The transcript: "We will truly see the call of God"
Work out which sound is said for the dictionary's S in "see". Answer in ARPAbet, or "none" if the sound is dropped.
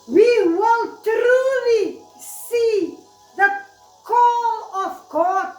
S